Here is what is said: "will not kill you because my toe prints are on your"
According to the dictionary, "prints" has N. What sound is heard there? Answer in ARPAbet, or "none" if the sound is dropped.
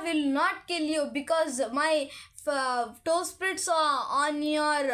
none